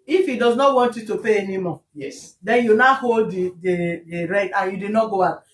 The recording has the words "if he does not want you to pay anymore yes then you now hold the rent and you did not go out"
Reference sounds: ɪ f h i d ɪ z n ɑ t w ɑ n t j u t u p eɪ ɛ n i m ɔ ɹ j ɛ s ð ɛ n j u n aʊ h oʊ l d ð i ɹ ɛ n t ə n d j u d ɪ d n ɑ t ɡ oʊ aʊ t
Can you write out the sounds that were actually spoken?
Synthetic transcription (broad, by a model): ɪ f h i d ɪ z n ɑ t w ɑ n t j u t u p eɪ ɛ n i m ɔ j ɛ s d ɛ n j u n aʊ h oʊ l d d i ɹ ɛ t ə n j u d ɪ d n ɑ t ɡ oʊ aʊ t